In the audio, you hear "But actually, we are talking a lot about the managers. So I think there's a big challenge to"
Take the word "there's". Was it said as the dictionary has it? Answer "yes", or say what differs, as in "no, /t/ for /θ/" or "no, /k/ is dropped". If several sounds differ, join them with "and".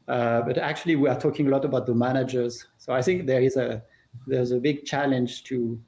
yes